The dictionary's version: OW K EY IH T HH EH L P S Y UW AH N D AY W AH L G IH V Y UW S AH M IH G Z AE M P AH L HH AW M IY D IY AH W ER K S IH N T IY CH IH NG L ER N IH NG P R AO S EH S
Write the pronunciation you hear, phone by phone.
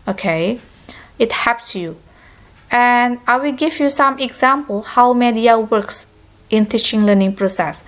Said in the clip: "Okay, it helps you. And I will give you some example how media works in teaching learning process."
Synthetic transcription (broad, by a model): OW K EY IH T HH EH P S Y UW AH N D AY W AH L G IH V Y UW S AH M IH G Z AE M P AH L HH AW M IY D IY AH W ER K S IH N T IY CH IH NG L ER N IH NG P R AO S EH S